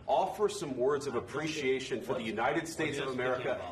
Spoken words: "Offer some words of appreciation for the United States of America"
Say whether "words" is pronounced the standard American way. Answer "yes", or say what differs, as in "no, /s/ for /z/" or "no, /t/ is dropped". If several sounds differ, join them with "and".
yes